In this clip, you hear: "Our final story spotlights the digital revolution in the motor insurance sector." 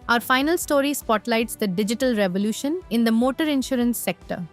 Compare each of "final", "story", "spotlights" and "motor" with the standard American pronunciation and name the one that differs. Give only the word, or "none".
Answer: none